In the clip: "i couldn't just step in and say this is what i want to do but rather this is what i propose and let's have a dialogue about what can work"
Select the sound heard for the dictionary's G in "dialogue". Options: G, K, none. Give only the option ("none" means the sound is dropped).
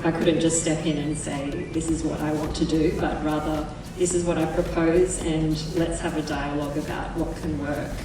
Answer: G